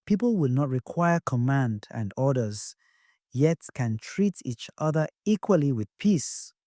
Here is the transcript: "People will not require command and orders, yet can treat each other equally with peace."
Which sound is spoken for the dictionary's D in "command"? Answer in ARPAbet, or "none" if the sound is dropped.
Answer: D